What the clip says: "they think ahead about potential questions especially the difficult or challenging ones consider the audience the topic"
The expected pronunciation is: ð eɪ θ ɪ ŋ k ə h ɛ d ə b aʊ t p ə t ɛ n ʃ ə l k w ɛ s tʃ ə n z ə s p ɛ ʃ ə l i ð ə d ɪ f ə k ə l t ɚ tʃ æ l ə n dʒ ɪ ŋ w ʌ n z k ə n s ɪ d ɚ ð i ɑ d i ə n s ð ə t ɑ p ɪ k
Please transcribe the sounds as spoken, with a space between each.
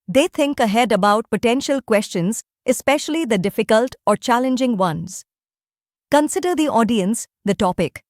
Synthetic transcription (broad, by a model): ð eɪ t ɪ ŋ k ə h ɛ d ə b aʊ t p ə t ɛ n ʃ ə l k w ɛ s tʃ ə n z ə s p ɛ ʃ ə l i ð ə d ɪ f ə k ə l t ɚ tʃ æ l ə n dʒ ɪ ŋ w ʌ n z k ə n s ɪ d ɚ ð i ɑ d i ə n s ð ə t ɑ p ɪ k